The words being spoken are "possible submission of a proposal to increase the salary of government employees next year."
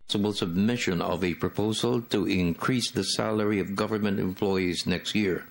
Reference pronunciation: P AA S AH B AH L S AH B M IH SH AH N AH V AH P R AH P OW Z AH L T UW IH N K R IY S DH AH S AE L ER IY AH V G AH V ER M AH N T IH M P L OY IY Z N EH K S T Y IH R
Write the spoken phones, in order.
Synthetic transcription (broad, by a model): S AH B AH L S AH B M IH SH AH N AH V AH P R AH P OW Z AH L T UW IH N K R IY S DH AH S AE L ER IY AH V G AH V ER M AH N T IH M P L OY IY Z N EH K S T Y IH R